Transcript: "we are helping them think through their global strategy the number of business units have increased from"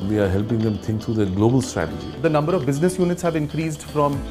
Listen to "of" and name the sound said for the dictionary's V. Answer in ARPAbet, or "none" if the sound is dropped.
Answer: V